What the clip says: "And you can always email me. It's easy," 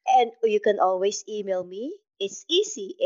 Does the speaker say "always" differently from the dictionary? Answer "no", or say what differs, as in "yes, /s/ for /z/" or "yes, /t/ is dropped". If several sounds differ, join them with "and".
yes, /s/ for /z/